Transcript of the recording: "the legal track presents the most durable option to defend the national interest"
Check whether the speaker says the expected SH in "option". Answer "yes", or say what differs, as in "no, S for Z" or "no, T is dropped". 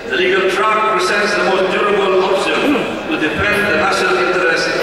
no, S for SH